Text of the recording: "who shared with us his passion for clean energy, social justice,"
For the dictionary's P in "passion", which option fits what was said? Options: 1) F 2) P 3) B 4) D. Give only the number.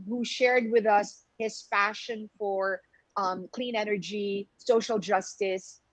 1